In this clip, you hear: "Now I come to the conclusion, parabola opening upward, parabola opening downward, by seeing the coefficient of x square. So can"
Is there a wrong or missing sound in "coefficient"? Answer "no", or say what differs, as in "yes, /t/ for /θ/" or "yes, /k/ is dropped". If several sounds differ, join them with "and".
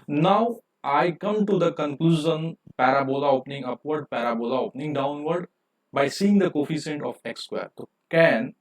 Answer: yes, /s/ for /ʃ/